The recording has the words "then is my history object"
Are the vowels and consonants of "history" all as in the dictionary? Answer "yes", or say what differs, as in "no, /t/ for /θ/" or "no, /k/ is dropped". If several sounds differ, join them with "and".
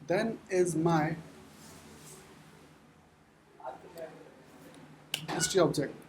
no, /ɹ/ is dropped